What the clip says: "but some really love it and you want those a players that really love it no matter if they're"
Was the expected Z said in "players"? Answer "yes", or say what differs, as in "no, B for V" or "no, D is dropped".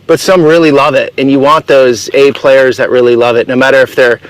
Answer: yes